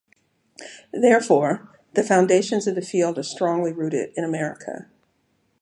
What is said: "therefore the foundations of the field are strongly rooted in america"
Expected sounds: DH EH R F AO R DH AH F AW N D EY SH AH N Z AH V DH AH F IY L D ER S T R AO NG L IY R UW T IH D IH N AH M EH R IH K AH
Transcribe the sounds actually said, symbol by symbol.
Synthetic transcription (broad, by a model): DH EH R F AO R DH AH F AW N D EY SH AH N Z AH V DH AH F IY L D ER S T R AO NG L IY R UW T IH D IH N AH M EH R IH K AH